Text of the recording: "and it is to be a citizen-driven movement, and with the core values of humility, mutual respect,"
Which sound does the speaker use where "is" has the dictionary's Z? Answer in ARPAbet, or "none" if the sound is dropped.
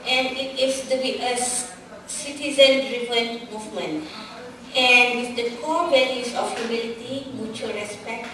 S